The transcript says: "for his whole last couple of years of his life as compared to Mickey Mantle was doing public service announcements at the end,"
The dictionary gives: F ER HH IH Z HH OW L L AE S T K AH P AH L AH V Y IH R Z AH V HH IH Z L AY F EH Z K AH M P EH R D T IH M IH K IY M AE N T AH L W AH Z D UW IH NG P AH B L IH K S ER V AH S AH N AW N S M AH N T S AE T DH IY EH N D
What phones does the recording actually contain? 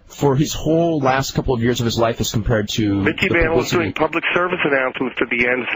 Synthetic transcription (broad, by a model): F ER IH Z HH OW L L AE S T K AH P L AH V Y IH R Z AH V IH Z L AY F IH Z K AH M P EH R D T IH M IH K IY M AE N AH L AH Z D UW IH NG P AH B L IH K S ER V AH S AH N AW N S M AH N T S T DH IY EH N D